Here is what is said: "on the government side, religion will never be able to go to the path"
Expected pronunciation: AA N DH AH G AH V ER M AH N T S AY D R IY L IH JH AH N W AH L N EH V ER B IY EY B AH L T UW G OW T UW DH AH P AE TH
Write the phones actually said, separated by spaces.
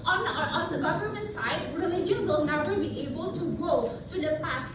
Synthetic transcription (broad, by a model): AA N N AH G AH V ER M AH N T S AY D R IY L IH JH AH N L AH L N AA P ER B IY EY B AH L T UW G OW T UW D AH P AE